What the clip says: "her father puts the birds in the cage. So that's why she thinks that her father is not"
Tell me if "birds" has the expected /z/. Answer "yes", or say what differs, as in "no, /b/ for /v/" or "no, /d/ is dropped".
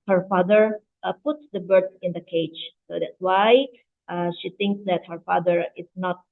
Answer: no, /z/ is dropped